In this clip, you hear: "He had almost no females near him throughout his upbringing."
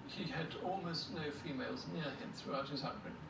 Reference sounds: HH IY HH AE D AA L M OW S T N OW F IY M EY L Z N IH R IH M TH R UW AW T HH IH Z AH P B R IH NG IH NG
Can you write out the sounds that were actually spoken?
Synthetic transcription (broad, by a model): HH IY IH D AA L M OW S T N OW F IY M EY L Z N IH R IH M TH R UW AW T HH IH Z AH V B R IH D